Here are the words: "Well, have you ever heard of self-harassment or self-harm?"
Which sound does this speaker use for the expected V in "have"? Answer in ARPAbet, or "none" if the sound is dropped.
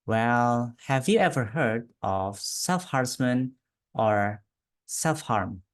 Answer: V